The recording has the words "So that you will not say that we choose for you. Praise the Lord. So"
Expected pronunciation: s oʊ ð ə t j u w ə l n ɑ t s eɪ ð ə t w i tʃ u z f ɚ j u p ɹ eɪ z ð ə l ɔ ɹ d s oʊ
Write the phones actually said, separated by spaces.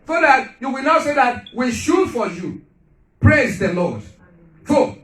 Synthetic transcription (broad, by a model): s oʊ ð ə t j u w ə l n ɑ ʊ s eɪ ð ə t w i ʃ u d f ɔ j u p ɹ eɪ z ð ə l ɔ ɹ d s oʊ